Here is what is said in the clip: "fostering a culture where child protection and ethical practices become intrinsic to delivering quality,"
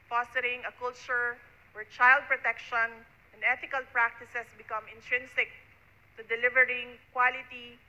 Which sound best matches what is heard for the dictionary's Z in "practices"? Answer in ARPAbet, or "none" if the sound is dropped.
S